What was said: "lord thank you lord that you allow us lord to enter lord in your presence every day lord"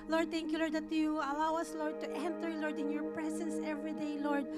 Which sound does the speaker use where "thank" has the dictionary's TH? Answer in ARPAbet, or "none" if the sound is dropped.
T